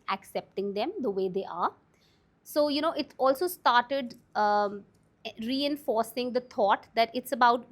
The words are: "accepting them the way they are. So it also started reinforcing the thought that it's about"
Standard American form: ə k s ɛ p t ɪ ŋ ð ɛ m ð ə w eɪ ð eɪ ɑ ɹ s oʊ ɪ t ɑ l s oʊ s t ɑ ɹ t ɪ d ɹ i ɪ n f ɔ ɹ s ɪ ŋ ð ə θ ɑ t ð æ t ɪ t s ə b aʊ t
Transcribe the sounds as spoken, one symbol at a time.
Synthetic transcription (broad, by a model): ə k s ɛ p t ɪ ŋ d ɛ m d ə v eɪ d eɪ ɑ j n oʊ ɪ t ɑ l s oʊ s t ɑ ɹ t ɪ d ɹ i ɪ n f ɔ ɹ s ɪ ŋ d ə t ɑ t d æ t ɪ t s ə b aʊ t